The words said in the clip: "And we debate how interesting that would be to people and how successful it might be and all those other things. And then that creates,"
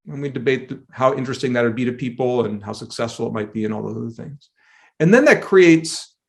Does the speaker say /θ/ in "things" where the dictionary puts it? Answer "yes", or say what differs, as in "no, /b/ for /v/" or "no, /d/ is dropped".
yes